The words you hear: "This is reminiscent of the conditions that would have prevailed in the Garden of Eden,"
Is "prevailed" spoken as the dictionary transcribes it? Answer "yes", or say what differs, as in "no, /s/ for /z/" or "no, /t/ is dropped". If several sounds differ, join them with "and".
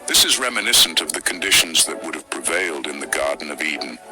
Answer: yes